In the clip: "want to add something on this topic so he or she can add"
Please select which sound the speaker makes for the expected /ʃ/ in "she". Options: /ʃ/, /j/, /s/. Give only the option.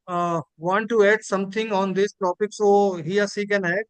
/s/